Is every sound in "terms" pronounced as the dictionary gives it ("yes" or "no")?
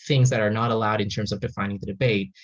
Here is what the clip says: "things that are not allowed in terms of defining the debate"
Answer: yes